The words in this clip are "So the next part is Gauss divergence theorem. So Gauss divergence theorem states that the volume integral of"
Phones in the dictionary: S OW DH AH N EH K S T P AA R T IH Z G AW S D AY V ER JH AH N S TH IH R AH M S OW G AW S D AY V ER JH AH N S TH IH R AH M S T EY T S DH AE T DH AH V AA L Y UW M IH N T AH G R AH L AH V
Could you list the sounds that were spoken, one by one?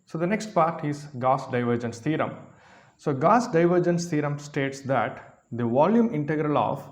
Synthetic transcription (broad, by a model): S OW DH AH N EH K S T P AA R T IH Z G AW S D AY V ER JH AH N S T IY R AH M S OW G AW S D AY V ER JH AH N S T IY R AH M S T EY T S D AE T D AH V AA L Y UW M IH N T AH G R AH L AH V